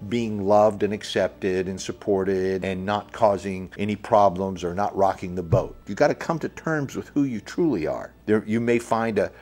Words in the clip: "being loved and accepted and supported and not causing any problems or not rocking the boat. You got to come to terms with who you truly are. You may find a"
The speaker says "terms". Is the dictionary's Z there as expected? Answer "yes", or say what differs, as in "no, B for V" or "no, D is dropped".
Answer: yes